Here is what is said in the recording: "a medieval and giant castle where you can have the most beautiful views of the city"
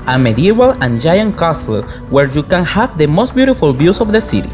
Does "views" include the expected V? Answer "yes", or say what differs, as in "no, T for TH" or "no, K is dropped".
no, B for V